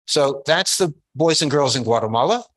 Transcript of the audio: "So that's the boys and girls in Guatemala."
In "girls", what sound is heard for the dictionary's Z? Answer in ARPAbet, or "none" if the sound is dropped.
Z